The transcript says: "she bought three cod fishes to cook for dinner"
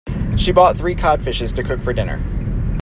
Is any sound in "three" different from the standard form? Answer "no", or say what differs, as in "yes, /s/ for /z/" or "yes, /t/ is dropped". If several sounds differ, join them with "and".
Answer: no